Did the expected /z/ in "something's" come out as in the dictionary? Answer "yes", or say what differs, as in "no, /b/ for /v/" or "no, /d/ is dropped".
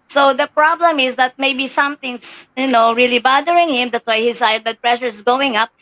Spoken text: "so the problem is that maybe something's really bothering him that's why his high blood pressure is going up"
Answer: no, /s/ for /z/